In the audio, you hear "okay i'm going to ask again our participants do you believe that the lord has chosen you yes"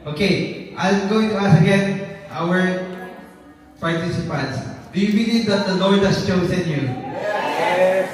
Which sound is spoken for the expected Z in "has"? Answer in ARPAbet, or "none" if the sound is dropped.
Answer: S